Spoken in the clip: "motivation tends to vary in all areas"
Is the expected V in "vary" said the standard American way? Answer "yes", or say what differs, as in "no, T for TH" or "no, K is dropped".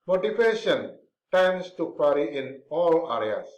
no, P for V